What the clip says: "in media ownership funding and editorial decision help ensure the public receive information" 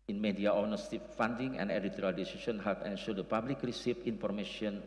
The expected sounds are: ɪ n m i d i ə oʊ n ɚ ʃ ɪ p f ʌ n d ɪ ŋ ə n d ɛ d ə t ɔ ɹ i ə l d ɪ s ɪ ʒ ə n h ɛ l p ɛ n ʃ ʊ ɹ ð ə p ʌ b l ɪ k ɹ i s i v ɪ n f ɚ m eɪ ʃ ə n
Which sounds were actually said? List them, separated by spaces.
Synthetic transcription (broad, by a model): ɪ n m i d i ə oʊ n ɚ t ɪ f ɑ n d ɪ ŋ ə n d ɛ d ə t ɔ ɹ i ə l d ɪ s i s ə n h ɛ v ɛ n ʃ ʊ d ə p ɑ b l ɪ k ɹ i s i f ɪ n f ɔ m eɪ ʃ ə n